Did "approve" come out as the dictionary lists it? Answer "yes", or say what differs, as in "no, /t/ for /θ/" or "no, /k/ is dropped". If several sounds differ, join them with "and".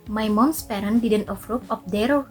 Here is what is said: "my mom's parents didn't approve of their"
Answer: no, /f/ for /p/ and /p/ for /v/